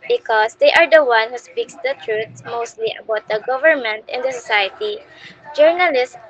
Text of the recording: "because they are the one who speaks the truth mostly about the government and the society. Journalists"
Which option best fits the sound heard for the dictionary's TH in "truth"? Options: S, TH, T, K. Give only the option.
S